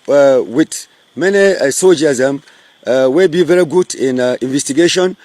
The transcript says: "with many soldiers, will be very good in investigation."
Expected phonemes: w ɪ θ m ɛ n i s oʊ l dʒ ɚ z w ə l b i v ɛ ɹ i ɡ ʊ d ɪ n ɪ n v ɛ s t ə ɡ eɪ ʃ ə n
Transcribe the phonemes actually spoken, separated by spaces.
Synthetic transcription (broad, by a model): w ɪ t m ɛ n i s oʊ dʒ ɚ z w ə b i v ɛ ɹ i ɡ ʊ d ɪ n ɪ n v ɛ s t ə ɡ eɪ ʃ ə n